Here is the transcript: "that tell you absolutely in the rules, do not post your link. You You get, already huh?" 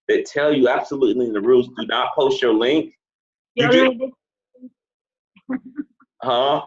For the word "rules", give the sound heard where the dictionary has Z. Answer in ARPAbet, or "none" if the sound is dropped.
Z